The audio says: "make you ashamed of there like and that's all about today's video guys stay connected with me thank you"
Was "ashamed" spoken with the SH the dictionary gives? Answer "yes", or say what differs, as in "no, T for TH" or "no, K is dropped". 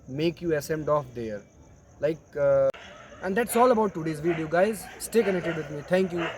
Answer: no, S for SH